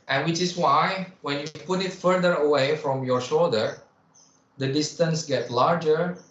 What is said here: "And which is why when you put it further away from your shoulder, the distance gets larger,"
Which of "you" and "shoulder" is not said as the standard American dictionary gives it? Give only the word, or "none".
none